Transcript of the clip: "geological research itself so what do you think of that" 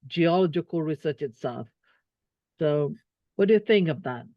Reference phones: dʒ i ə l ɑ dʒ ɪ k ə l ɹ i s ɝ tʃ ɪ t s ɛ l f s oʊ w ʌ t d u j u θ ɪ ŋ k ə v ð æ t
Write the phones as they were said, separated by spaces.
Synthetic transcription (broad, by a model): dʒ i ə l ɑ dʒ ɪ k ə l ɹ i s ɝ tʃ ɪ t s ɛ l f s oʊ w ʌ t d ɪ j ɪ θ ɪ ŋ k ə v ð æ t